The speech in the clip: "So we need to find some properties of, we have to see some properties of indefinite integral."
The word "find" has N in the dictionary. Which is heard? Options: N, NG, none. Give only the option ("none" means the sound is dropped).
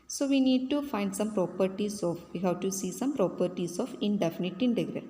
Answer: N